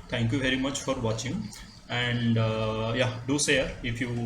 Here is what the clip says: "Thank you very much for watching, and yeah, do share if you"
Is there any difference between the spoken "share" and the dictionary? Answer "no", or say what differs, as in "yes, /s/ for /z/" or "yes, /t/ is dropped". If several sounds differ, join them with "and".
yes, /s/ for /ʃ/